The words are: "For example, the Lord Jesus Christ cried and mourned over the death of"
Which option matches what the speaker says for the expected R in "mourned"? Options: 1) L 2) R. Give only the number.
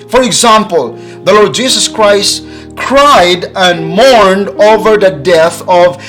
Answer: 2